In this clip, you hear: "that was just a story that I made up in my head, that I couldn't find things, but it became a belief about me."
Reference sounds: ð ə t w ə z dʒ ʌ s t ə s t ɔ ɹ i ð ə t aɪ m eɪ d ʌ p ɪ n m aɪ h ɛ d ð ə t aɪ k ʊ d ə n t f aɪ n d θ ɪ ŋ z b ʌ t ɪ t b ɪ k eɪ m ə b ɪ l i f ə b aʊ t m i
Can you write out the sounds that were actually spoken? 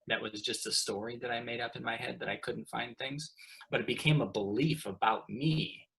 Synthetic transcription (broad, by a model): ð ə t w ə z dʒ ʌ s t ə s t ɔ ɹ i ð ə t aɪ m eɪ d ʌ p ɪ n m aɪ h ɛ d ð ə t aɪ k ʊ d n t f aɪ n θ ɪ ŋ z b ʌ t ɪ t b ɪ k eɪ m ə b ɪ l i f ə b aʊ t m i